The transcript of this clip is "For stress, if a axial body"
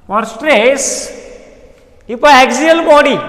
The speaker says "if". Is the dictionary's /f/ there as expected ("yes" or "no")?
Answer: no